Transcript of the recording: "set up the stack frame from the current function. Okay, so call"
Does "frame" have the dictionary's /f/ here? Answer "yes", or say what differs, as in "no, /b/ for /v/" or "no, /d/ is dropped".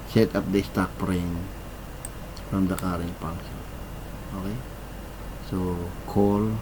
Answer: no, /p/ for /f/